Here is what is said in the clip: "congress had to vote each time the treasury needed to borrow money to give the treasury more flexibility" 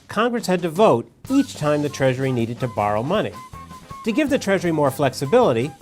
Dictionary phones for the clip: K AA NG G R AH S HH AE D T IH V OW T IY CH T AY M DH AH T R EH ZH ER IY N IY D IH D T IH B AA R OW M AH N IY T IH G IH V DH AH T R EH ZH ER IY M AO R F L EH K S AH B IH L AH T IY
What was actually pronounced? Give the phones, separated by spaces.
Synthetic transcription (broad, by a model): K AA NG G R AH S HH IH D T IH V OW T IY CH T AY M DH AH T R EH ZH ER IY N IY D IH D T IH B AA R OW M AH N IY T IH G IH V DH AH T R EH ZH ER IY M AO R F L EH K S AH B IH L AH T IY